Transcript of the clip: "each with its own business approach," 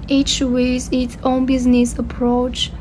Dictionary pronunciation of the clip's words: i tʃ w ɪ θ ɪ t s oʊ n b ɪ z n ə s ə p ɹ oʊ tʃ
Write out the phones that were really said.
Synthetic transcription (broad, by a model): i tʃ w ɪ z ɪ t s oʊ n b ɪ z n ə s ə p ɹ oʊ tʃ